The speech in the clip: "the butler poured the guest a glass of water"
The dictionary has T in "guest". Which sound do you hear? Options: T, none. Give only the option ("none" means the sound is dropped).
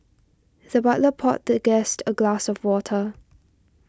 T